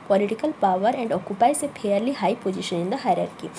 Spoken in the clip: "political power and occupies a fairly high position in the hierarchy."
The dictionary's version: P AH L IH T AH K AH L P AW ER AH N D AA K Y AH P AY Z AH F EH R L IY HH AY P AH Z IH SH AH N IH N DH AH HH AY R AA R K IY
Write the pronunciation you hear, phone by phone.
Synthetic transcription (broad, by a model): P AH L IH T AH K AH L P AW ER AH N D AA K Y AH P AY S AH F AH R L IY HH AY P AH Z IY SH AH N IH N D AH HH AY R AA R K IY